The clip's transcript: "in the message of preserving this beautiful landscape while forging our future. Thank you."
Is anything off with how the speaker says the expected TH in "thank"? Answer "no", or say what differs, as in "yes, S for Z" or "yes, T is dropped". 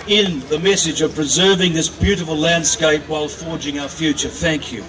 no